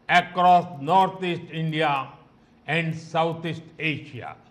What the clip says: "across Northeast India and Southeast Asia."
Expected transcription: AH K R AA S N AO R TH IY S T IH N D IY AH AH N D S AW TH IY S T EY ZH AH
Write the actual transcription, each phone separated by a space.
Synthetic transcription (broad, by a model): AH K R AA S N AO R T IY S T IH N D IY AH AH N D S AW T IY S T EY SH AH